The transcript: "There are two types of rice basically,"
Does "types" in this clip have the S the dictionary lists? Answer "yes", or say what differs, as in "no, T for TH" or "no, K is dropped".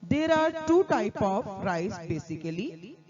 no, S is dropped